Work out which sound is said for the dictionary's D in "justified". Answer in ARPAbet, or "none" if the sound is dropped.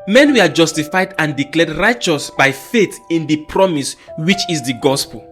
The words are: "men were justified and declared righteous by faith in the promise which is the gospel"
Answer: D